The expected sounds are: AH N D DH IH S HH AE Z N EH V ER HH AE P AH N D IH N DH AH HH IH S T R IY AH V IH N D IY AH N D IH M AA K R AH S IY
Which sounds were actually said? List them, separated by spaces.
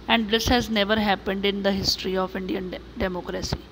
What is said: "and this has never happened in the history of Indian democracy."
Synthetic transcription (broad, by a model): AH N D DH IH S HH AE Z N EH V ER HH AE P AH N D IH N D AH HH IH S T R IY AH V IH N D IY AH N D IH M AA K R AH S IY